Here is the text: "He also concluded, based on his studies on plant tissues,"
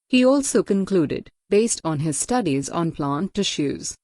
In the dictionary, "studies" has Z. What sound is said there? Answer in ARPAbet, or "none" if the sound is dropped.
Z